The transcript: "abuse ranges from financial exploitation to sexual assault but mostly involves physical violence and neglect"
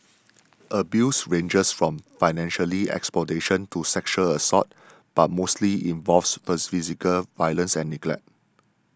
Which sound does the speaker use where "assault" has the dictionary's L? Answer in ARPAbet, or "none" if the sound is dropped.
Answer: none